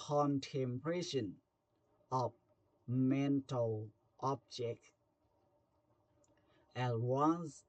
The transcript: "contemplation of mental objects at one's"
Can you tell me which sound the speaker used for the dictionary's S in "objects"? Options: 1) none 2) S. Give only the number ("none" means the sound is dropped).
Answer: 1